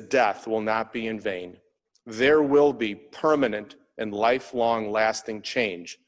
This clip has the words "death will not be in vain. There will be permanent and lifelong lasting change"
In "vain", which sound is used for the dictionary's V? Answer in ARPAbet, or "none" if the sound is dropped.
V